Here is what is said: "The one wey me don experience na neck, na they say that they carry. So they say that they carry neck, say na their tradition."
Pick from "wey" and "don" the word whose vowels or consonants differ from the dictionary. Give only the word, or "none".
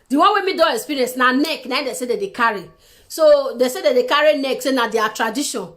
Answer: don